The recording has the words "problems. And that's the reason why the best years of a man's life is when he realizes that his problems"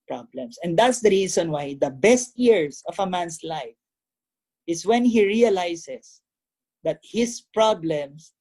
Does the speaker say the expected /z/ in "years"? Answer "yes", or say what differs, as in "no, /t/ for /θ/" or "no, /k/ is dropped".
no, /s/ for /z/